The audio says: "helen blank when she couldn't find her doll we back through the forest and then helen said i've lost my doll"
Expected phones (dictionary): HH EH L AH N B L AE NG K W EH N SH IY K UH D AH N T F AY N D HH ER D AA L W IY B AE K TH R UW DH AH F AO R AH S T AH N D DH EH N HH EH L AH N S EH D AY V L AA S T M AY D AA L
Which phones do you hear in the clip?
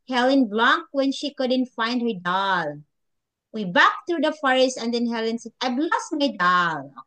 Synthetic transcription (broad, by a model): HH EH L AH N B L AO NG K W EH N SH IY K UH D AH N T F AY N D HH ER D AA L W IY B AE K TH R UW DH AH F AO R AH S T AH N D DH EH N HH EH L AH N S EH D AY B L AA S M AY D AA L